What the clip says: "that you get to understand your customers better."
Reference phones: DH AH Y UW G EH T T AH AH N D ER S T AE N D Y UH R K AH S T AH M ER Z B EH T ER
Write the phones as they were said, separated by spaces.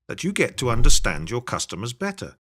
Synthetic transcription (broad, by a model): DH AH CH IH G EH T T AH AH N D ER S T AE N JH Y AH R K AH S T AH M ER Z B EH T ER